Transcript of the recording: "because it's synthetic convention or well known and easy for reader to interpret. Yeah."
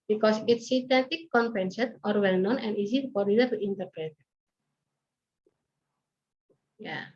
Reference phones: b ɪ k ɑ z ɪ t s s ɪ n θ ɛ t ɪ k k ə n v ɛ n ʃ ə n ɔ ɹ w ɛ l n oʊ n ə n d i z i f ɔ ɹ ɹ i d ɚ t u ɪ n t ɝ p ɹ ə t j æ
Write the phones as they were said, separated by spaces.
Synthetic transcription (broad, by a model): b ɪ k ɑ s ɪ t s s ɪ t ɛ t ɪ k k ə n p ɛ n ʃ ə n ɔ ɹ w ɛ l n oʊ n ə n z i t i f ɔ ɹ l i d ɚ t u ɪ n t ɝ p ɹ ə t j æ